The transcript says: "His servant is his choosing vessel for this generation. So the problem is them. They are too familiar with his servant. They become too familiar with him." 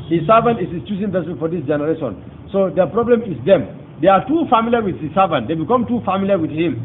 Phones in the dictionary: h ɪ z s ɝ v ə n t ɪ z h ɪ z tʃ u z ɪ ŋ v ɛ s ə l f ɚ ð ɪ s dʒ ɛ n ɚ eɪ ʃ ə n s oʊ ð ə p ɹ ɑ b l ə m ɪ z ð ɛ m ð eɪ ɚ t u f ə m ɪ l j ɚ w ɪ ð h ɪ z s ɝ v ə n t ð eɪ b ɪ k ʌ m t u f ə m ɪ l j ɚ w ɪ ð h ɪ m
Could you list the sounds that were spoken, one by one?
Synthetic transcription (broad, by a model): h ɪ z s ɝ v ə n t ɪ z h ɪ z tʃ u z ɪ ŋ p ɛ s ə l f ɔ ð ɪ s dʒ ɛ n ɚ eɪ ʃ ə n s oʊ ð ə p ɹ ɑ b l ə m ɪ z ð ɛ m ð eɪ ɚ t u f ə m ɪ l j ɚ w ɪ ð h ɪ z s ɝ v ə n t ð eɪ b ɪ k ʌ m t u f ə m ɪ l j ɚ w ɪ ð h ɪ m